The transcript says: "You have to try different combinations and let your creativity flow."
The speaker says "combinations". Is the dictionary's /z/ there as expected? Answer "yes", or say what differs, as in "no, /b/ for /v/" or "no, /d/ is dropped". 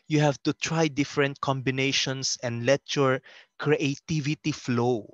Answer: no, /s/ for /z/